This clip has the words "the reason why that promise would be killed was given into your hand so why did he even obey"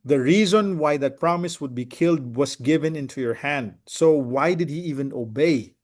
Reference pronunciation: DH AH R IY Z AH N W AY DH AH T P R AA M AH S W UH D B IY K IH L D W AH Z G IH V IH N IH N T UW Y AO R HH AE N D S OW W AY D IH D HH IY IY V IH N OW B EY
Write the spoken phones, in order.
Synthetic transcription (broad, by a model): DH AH R IY Z AH N W AY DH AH T P R AA M AH S W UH D B IY K IH L D W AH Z G IH V IH N IH N T UW Y AO R HH AE N D S OW W AY D IH D HH IY IY V IH N OW B EY